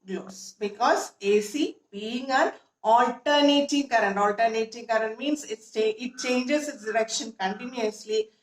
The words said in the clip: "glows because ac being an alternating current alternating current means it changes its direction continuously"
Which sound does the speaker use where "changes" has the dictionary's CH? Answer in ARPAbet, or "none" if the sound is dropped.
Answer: S